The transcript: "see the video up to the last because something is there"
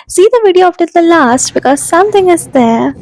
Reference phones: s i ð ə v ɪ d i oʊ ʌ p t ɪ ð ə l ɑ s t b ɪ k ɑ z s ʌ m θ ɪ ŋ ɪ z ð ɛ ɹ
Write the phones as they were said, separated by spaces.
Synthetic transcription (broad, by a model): s i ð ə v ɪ d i oʊ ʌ f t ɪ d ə l ɑ s t b ɪ k ɑ z s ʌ m t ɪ ŋ ɪ z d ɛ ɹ